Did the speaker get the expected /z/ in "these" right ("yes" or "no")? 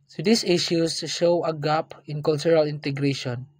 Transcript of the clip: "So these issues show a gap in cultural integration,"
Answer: no